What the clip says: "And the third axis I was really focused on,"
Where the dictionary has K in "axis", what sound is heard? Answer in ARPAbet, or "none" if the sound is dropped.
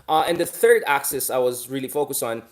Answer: K